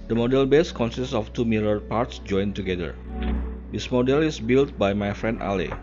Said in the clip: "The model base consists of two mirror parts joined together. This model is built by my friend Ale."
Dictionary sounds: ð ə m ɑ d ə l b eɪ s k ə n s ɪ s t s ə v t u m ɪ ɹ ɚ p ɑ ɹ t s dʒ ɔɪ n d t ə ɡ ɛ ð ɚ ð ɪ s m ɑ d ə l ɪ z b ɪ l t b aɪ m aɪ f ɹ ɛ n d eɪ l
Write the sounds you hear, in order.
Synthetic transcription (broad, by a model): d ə m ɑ d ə l b eɪ s k ə n s ɪ s t s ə f t u m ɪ l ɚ p ɑ ɹ t s dʒ ɔɪ n t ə ɡ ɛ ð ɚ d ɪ s m ɑ d ə l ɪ s b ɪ l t b aɪ m aɪ f ɹ ɛ n d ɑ l